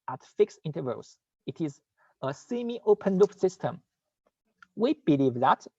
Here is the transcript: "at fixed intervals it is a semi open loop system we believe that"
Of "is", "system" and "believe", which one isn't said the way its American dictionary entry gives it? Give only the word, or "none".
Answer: none